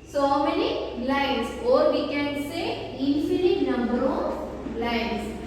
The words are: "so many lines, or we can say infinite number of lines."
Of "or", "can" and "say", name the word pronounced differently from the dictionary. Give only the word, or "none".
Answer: none